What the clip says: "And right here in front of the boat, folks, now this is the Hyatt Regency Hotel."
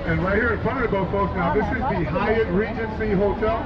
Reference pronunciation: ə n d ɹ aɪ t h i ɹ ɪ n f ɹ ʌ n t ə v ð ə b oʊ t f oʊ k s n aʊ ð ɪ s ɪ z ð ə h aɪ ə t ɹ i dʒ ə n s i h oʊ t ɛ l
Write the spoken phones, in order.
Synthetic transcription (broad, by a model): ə n ɹ aɪ t h i ɹ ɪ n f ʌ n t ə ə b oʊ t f oʊ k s n aʊ ð ɪ s ɪ z ð ə h aɪ ə t ɹ i dʒ ə n s i h oʊ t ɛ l